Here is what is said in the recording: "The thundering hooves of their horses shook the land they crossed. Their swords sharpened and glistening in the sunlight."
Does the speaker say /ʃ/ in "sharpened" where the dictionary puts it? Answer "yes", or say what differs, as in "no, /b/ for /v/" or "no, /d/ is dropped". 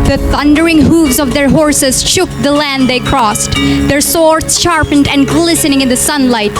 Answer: yes